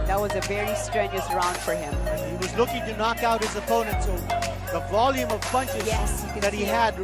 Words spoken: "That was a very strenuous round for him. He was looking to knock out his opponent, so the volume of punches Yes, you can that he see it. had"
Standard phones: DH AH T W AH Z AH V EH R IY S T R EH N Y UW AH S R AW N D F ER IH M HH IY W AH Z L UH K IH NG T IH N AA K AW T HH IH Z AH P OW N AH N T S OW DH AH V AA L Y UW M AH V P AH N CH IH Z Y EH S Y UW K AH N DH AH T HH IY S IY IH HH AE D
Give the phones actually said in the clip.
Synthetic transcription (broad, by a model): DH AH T W AH Z AH V EH R IY S T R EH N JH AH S R AW N D F ER IH M HH IY W AH Z L UH K IH NG T IH N AA K AW T HH IH Z AH P OW N AH N T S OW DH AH V AA L Y UW M AH V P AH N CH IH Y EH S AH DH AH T HH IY IY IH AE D